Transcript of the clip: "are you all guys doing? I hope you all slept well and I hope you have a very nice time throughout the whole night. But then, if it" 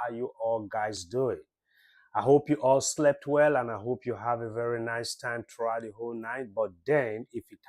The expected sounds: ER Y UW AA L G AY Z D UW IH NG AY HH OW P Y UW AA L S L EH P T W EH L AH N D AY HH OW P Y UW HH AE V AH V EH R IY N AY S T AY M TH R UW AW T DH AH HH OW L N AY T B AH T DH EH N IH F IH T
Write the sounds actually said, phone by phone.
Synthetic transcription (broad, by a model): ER Y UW AA L G AY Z D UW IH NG AY HH OW P Y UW AA L S L EH P T W EH L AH N AY HH OW P Y UW HH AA V AH V EH R IY N AY S T AY M T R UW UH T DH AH HH OW L N AY T B AH T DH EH N IH F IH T